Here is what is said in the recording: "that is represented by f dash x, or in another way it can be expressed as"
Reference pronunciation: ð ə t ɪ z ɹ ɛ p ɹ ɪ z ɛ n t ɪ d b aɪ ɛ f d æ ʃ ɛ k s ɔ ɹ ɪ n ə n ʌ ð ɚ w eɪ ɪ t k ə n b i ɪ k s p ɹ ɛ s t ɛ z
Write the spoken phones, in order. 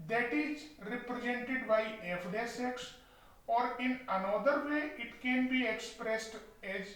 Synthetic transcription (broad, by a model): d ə t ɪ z ɹ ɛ p ɹ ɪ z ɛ n t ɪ d b aɪ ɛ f d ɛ s ɛ k s ɔ ɹ ɪ n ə n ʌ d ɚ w eɪ ɪ t k ə n b i ɪ k s p ɹ ɛ s t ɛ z